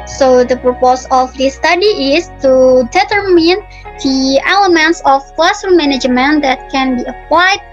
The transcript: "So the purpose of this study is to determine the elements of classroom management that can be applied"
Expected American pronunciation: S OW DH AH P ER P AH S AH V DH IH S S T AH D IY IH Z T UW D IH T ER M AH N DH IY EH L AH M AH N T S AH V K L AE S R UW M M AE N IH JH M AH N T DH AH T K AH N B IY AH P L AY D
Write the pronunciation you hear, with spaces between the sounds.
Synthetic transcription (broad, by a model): S OW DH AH P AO P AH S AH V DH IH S S T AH D IY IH S T UW D IH T ER M AH N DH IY EH L AH M AH N T S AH F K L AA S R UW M M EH N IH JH M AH N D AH T K AH N B IY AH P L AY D